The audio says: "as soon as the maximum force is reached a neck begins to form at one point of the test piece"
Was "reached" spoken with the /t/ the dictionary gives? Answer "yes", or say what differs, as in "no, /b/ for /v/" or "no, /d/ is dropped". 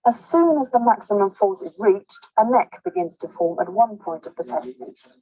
yes